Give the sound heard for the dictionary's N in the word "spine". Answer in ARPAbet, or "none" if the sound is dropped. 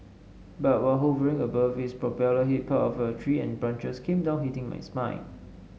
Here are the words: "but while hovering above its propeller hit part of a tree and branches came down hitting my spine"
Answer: none